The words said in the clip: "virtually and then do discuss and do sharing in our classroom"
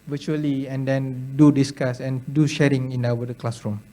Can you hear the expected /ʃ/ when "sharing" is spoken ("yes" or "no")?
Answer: yes